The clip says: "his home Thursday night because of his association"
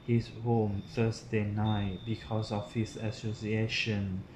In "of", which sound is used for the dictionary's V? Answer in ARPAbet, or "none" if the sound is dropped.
F